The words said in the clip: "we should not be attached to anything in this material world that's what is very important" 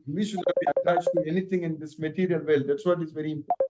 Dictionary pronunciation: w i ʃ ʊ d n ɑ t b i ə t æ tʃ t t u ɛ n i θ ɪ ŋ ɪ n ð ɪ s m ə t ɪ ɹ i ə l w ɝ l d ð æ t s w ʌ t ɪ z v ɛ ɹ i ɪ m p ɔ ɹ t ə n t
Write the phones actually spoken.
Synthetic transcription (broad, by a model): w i ʃ ʊ d l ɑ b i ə t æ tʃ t t u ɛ n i t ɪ ŋ ɪ n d ɪ s m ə t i ɹ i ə l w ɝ l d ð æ t s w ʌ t ɪ z v ɛ ɹ i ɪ m p ɔ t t